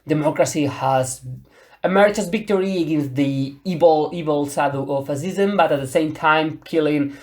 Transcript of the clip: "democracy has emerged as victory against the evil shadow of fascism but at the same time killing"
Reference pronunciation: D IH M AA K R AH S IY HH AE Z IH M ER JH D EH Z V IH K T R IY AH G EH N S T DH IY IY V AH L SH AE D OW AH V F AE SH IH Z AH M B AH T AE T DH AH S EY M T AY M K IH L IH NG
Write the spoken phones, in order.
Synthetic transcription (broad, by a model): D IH M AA K R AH S IY HH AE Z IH M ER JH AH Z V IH K T R IY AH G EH N S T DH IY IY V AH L S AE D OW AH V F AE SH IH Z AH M B AH T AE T DH AH S EY M T AY M K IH L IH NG